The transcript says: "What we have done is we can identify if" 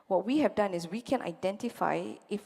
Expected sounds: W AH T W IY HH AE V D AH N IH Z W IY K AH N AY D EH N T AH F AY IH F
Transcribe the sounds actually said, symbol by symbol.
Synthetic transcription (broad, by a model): W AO T W IY HH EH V D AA N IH S W IY K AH N AY D EH N T AH F AY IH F